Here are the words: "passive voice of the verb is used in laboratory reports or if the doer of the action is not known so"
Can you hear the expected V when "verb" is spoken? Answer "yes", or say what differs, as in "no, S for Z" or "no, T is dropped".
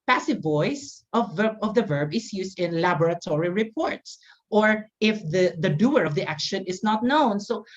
yes